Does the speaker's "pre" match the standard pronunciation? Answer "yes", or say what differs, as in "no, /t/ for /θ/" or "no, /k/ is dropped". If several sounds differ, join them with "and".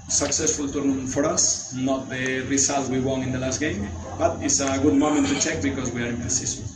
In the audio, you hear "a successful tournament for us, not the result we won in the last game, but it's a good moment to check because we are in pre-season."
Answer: no, /ɹ/ is dropped